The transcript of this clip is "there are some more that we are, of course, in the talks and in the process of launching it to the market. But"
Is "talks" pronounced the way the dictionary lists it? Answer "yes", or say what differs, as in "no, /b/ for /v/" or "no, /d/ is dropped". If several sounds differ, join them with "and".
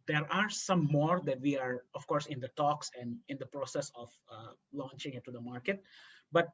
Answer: yes